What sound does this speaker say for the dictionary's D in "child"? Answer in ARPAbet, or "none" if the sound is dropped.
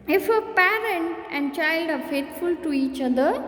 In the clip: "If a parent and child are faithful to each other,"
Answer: D